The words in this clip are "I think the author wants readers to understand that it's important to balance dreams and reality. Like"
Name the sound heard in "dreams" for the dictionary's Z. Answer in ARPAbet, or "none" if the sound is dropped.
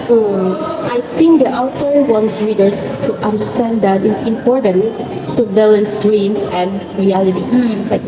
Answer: S